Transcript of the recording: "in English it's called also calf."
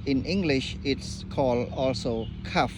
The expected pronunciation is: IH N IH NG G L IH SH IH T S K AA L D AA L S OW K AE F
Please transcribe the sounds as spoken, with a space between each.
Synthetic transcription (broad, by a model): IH N IH NG G L IH SH IH T S K AA L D AA L S OW K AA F